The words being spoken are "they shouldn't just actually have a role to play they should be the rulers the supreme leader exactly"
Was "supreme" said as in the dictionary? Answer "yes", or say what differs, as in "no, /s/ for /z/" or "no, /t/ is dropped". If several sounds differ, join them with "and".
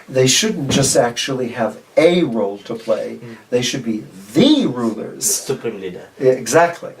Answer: no, /p/ is dropped